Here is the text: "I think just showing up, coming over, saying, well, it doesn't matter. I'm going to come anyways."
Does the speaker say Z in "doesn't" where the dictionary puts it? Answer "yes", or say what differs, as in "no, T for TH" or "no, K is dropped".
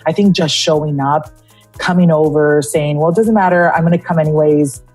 yes